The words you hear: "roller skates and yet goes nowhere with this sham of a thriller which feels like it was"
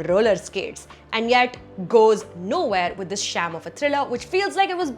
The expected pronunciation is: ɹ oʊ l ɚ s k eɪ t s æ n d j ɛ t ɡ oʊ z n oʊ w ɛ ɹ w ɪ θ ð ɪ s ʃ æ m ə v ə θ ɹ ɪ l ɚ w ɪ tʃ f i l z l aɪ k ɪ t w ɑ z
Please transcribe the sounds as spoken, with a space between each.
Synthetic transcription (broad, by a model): ɹ oʊ l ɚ s k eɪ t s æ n d j ɛ t ɡ oʊ z n oʊ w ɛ ɹ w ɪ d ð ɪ s ʃ æ m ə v ə t ɹ ɪ l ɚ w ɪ tʃ f i l z l aɪ k ɪ t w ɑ z